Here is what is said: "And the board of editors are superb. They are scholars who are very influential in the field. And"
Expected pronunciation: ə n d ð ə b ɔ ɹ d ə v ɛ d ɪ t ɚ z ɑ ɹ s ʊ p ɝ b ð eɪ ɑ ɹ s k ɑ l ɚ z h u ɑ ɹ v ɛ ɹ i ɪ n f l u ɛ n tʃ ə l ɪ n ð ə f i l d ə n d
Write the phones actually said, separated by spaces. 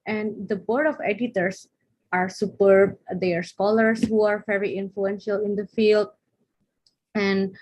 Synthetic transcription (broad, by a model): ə n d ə b ɔ ɹ d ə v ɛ d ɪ t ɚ s ɑ ɹ s ʊ p ɝ b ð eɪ ɑ ɹ s k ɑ l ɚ s h u ɑ ɹ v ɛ ɹ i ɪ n f l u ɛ n ʃ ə l ɪ n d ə f i l d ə n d